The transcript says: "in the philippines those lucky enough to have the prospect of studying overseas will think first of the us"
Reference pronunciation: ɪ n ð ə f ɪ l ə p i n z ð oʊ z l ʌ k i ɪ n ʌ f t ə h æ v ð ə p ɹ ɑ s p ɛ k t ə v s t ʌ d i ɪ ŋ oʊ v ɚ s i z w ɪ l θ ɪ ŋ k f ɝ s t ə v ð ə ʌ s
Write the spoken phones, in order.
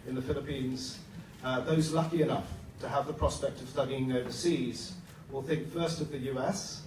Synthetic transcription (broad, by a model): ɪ n ð ə f ɪ l ə p i n z ð oʊ z l ʌ k i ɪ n ʌ f t ə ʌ v ð ə p ɹ ɑ s p ɛ k t ə v s t ʌ d i ɪ ŋ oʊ v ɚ s i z w ɪ l θ ɪ ŋ k f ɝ s t ə v ð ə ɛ s